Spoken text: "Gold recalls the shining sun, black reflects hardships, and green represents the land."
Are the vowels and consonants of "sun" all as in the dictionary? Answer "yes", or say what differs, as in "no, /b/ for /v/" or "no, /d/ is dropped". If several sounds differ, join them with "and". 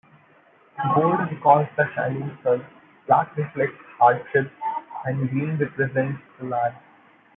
no, /l/ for /n/